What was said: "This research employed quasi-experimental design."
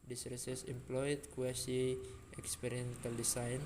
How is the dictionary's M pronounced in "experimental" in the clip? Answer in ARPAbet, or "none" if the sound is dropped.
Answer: none